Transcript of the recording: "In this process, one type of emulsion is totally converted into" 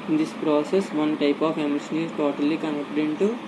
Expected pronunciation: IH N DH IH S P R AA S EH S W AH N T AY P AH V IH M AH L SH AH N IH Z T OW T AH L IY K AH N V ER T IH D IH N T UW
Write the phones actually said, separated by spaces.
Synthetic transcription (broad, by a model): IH N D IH S P R AA S EH S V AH N T AY P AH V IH M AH SH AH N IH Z T OW T AH L IY K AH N ER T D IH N T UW